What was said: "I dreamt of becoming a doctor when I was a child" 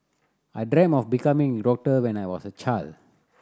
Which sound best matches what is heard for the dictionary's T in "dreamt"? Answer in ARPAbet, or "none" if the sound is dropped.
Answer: none